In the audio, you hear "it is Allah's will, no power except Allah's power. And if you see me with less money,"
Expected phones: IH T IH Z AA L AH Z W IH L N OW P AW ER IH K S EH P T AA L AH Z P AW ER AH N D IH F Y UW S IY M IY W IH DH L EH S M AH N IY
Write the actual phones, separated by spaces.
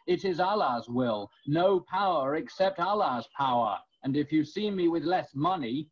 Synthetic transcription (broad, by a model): IH T IH Z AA L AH Z W IH L N OW P AW ER IH K S EH P T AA L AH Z P AW ER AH N IH F Y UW S IY M IY W IH DH L EH S M AH N IY